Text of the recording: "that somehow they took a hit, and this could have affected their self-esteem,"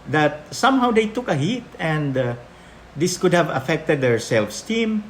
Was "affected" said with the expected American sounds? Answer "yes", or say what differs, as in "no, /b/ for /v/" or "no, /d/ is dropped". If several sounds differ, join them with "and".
yes